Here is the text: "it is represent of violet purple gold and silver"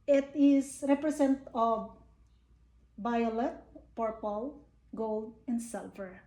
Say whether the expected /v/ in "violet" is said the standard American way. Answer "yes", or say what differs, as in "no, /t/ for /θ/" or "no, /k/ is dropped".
no, /b/ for /v/